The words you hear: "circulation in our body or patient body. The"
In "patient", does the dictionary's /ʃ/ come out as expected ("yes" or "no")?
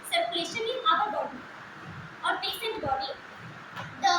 no